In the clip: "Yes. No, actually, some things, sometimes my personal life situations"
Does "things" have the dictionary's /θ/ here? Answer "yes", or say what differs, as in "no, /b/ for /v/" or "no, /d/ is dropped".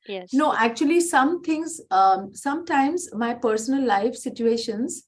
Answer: no, /t/ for /θ/